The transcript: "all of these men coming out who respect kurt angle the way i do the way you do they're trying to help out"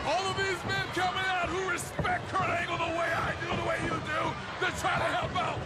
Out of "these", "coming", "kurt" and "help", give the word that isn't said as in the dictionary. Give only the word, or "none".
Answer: kurt